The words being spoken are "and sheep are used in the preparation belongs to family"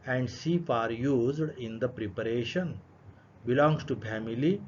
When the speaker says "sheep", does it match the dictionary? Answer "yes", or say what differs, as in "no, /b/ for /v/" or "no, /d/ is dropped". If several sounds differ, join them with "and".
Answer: no, /s/ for /ʃ/ and /f/ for /p/